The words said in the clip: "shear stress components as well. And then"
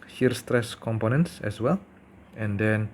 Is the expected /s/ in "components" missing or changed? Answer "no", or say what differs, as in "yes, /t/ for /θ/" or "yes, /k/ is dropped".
no